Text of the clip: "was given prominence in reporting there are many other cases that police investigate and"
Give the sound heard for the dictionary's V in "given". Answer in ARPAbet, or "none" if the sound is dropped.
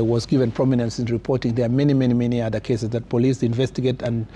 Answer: V